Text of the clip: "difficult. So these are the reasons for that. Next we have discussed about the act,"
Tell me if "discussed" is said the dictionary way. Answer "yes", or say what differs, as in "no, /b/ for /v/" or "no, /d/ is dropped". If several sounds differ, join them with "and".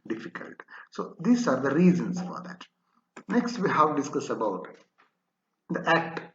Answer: no, /t/ is dropped